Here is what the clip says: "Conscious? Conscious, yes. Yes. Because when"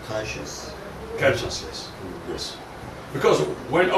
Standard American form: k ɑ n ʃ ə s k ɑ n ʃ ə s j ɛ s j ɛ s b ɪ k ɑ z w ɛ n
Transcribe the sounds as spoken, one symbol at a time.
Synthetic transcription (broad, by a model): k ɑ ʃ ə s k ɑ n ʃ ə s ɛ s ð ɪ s b ɪ k ɑ z w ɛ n